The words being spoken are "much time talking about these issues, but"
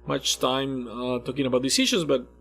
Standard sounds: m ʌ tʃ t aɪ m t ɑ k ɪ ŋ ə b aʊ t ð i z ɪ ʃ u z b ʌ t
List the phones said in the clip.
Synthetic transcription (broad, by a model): m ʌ tʃ t aɪ m t ɑ k ɪ ŋ ə b aʊ t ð i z ɪ ʃ u z b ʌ t